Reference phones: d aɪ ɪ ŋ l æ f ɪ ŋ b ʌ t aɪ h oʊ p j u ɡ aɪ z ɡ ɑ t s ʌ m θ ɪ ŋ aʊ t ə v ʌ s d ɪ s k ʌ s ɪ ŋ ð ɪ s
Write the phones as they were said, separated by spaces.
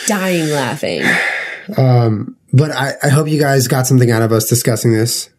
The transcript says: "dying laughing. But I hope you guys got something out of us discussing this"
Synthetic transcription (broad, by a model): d aɪ ɪ ŋ l æ f ɪ ŋ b ʌ t aɪ h oʊ p j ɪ ɡ aɪ z ɡ ɑ t s ʌ m θ ɪ ŋ aʊ t ə v ʌ s d ɪ s k ʌ s ɪ ŋ ð ɪ s